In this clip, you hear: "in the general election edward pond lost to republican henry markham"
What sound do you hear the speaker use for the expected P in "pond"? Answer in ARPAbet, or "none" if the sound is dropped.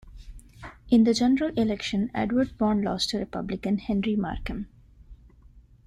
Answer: B